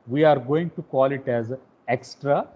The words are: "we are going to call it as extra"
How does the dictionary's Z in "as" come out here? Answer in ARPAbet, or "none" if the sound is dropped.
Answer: Z